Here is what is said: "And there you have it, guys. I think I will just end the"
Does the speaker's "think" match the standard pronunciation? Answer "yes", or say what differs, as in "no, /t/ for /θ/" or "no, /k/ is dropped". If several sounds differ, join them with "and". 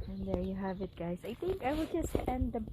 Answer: yes